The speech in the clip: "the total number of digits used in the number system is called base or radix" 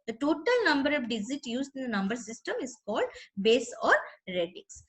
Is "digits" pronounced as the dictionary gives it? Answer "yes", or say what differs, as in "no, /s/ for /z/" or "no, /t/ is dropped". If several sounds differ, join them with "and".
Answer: no, /s/ is dropped